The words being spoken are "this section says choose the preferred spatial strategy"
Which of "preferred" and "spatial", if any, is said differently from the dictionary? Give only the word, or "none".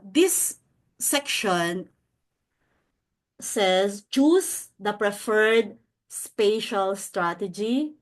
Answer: none